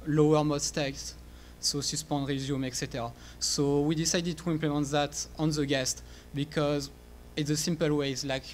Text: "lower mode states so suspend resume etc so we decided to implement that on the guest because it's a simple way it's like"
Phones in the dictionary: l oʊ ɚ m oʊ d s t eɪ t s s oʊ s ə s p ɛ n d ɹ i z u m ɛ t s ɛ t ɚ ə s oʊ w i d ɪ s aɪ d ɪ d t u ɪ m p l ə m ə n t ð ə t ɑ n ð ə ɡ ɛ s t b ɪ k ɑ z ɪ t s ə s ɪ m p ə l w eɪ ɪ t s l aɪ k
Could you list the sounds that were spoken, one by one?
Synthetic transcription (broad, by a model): l oʊ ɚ m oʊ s t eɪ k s s oʊ s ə s p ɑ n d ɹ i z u m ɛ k s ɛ t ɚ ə s oʊ w i d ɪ s aɪ d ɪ d t u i m p l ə m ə n t ð ə t ɑ n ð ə ɡ ɛ s t b ɪ k ɑ z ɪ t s ə s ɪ m p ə l w eɪ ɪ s l aɪ k